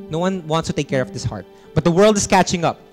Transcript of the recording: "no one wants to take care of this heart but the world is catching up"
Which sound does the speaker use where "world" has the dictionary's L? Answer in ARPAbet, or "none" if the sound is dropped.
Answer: L